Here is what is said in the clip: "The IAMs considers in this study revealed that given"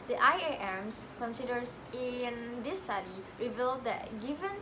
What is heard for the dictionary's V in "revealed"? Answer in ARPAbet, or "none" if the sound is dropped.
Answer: V